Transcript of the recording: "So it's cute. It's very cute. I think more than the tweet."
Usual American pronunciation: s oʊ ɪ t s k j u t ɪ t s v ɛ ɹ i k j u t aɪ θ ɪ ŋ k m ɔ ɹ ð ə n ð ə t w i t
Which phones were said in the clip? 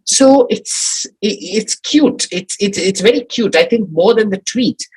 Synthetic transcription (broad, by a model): s oʊ ɪ t s k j u t ɪ t s v ɛ ɹ i k j u t aɪ θ ɪ ŋ k m ɔ ɹ ð ə n ð ə t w i t